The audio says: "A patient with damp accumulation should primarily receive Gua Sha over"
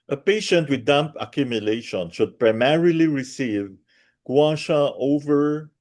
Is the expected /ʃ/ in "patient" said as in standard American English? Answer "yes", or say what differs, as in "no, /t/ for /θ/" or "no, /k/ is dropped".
yes